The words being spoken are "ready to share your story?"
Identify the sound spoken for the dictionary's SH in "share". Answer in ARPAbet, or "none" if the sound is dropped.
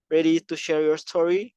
SH